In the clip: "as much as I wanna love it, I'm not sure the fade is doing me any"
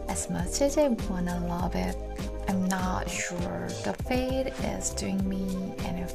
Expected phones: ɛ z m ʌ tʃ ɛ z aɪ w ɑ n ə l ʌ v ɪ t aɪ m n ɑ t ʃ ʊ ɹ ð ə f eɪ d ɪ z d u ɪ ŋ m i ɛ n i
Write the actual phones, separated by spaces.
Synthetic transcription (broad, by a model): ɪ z m ʌ tʃ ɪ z aɪ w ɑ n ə l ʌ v ɪ t aɪ m n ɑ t ʃ ʊ ɹ ð ə f eɪ d ɪ z d u ɪ ŋ m i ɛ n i